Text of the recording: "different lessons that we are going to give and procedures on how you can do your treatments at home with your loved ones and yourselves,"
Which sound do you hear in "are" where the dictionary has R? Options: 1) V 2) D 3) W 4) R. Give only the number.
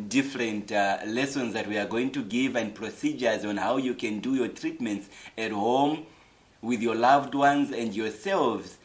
4